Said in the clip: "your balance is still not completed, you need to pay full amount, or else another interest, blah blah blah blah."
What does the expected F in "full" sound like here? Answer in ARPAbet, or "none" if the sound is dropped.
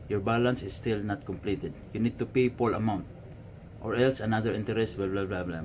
P